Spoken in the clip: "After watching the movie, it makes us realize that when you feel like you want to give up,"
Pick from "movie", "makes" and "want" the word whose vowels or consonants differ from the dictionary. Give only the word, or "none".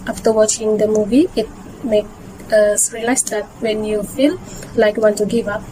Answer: makes